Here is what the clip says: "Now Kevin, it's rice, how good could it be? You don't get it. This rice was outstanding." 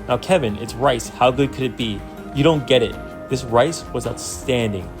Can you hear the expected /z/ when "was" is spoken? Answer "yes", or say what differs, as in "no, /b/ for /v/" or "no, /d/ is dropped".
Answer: yes